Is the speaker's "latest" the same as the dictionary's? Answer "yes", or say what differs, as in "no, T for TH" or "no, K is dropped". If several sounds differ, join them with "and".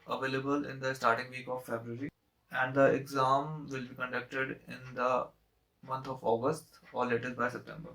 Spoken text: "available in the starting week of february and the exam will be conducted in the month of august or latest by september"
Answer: no, S is dropped